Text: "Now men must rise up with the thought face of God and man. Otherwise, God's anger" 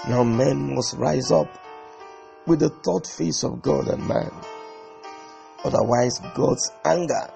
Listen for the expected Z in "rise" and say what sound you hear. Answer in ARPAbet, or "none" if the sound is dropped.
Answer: Z